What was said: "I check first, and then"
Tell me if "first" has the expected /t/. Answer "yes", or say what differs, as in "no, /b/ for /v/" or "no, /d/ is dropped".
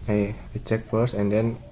no, /t/ is dropped